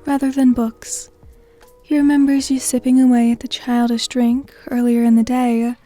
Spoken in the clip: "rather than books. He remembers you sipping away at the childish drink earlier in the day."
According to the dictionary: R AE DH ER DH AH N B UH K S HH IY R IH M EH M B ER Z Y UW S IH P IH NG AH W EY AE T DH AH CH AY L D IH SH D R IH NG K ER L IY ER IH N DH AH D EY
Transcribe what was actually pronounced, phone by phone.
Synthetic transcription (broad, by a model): R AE DH ER DH AH N B UH K S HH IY R IH M EH M B ER Z Y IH S IH P IH NG AH W EY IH T DH AH CH AY L D IH SH D R IH NG K ER L IY ER IH N DH AH D EY